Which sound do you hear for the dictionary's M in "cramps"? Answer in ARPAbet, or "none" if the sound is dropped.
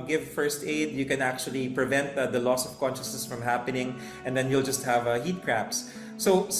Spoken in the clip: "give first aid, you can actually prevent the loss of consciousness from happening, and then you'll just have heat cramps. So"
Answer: none